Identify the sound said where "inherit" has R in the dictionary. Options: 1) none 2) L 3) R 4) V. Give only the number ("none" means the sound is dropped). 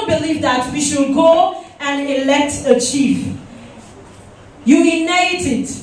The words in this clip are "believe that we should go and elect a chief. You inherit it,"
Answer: 1